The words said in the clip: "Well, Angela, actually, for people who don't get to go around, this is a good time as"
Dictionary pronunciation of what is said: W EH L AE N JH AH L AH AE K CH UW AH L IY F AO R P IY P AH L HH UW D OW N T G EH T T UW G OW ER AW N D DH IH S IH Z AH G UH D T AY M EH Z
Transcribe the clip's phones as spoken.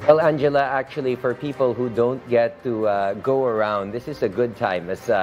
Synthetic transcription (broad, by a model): W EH L AE N JH AH L AH AE K CH UW AH L IY F AO R P IY P AH L HH UW D OW N T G EH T T UW G OW ER AW N D DH IH S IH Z AH G UH D T AY M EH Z